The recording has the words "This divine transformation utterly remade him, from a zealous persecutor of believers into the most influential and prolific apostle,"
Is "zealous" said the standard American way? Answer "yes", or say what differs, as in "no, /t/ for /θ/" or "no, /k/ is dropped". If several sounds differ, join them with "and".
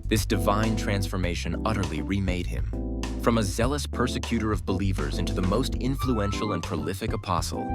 yes